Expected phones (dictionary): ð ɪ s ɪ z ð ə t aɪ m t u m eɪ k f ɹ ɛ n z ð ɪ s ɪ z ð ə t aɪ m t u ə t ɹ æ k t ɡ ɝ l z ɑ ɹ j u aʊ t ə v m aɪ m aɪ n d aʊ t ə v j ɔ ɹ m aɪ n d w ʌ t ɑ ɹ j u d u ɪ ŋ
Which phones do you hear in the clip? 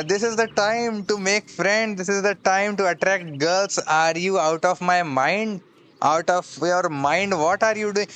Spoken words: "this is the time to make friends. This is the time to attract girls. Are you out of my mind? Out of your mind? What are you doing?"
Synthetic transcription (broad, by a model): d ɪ s ɪ z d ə t aɪ m t u m eɪ k f ɹ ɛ n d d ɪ s ɪ z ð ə t aɪ m t u ə t ɹ æ k t ɡ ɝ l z ɑ ɹ j u aʊ t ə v m aɪ m aɪ n d aʊ t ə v j ɔ ɹ m aɪ n d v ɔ t ɑ ɹ j u d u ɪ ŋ